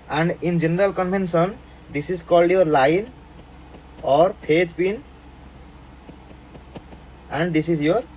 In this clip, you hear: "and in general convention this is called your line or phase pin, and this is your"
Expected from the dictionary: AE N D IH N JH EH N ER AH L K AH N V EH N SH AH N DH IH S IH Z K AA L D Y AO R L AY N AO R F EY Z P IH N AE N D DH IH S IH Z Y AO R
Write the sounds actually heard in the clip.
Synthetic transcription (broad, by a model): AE N D IH N JH EH N ER AH L K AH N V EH N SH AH N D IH S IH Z K AA L D Y AO R L AY N AO R P EY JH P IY N AE N D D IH S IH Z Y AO R